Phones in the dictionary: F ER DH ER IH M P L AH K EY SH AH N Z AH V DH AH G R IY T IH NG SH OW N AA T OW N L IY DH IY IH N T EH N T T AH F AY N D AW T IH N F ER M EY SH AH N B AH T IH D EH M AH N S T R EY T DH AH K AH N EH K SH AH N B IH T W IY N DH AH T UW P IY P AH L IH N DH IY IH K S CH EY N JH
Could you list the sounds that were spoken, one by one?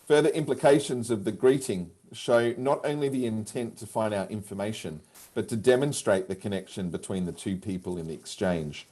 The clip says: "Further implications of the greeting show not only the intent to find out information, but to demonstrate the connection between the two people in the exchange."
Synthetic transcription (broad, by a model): F ER DH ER IH M P L AH K EY SH AH N Z AH V DH AH G R IY T IH NG SH OW N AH T OW N L IY DH IY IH N T EH N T T AH F AY N D AW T IH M F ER M EY SH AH N B AH T IH D EH M AH N S T R EY T DH AH K AH N EH K SH AH N B IH T W IY N DH AH T UW P IY P AH L IH N DH IY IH K S CH EY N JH